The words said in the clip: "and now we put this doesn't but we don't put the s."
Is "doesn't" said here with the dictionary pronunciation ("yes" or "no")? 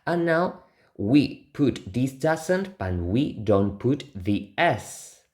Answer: no